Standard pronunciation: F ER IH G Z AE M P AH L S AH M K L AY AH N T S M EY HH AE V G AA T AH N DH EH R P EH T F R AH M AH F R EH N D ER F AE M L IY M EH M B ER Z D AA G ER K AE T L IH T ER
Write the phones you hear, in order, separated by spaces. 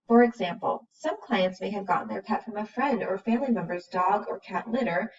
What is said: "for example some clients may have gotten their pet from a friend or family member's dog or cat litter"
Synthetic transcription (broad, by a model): F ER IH G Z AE M P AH L S AH M K L AY AH N T S M EY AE V G AA T N DH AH R P EH T F R AH M AH F R EH N D ER F AE M L IY M EH M B ER Z D AA G ER K AE T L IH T ER